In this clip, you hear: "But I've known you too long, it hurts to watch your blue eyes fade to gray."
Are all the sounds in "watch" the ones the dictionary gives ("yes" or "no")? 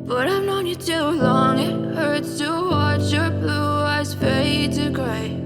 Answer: yes